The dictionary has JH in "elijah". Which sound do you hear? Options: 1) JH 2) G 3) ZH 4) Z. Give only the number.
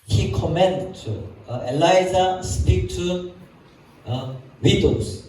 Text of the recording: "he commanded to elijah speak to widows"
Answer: 4